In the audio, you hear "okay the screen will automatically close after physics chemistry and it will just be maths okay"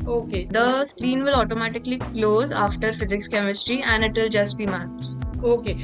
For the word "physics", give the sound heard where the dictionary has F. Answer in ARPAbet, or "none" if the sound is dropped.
F